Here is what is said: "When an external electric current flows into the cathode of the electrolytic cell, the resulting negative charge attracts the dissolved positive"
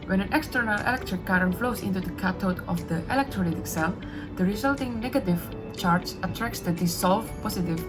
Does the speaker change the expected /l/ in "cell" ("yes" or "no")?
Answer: no